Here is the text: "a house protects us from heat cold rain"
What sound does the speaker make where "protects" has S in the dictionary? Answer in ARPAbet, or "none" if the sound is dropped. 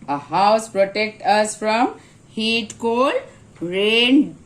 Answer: none